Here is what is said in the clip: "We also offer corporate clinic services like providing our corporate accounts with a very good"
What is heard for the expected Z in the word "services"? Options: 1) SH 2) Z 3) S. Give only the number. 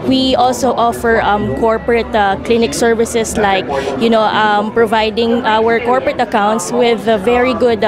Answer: 3